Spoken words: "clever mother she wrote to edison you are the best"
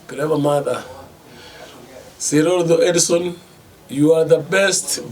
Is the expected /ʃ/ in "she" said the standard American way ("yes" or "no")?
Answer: no